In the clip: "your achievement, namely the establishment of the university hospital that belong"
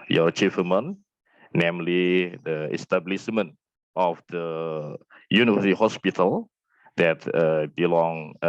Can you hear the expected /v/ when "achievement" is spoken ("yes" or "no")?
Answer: no